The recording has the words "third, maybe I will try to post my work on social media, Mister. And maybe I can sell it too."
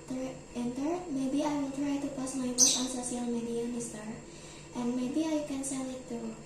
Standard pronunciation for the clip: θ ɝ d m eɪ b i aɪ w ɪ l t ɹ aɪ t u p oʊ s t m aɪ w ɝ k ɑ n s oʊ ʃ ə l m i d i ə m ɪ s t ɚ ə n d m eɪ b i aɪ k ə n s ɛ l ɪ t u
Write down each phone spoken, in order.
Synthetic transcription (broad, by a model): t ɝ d m eɪ b i aɪ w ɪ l t ɹ aɪ t u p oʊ s m aɪ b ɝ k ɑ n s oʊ s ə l m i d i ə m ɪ s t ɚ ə n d m eɪ b i aɪ k ə n s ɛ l ɪ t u